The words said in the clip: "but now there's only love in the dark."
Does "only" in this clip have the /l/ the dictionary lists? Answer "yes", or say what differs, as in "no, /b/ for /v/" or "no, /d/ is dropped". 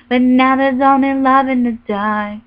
no, /l/ is dropped